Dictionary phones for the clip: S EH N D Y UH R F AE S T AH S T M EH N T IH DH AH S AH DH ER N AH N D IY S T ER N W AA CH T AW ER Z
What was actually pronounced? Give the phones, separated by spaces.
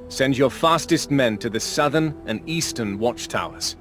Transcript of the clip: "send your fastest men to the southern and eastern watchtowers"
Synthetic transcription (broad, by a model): S EH N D Y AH R F AE S T AH S T M EH N T IH DH AH S AH DH ER N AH N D IY S T ER N W AA CH T AW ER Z